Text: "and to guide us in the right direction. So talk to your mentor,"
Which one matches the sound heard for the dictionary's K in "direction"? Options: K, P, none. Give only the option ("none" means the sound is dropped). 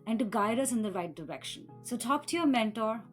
K